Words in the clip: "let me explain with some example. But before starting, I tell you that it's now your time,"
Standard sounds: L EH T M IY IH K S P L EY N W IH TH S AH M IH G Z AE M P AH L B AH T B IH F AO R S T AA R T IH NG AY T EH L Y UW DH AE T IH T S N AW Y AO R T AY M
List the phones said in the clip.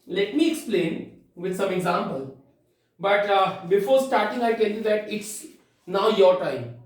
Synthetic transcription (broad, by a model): L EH T M IY IH K S P L EY N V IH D S AH M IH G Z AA M P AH L B AH T B IH F AO R S T AA R T IH NG AY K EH N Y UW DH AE T IH T S N AW Y AO R T AY M